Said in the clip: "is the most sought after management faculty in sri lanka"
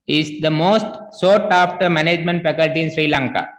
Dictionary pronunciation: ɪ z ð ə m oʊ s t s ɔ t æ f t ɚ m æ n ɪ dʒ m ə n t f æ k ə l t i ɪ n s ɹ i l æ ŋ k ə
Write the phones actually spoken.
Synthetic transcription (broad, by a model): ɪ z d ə m oʊ s t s ɔ t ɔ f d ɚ m æ n ɪ dʒ m ə n t f æ k ə l t i ɪ n s ɹ i l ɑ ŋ k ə